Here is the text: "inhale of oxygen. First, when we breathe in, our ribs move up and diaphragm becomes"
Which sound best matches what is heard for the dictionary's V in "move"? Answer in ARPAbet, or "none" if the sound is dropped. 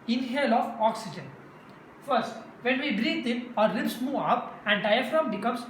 none